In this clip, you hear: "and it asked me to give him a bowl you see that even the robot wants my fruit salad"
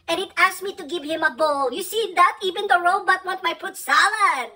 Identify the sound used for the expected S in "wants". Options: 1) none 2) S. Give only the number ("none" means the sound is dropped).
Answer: 1